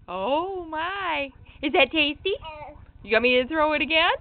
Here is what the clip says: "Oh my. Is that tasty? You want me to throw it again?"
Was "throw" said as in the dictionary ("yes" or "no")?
yes